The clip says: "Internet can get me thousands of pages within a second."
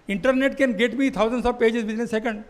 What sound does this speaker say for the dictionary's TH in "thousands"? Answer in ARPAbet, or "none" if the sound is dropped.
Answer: T